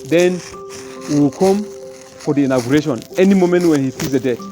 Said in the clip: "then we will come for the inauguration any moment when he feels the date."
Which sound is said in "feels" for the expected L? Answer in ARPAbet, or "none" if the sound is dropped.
none